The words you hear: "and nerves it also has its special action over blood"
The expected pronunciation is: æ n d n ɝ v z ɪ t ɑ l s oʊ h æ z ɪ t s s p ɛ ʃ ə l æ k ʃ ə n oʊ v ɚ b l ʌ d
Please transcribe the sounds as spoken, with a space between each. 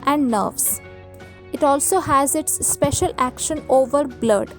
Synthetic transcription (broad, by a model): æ n d n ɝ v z ɪ t ɑ l s oʊ h æ z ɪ t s s p ɛ ʃ ə l æ k ʃ ə n oʊ v ɚ b l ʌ d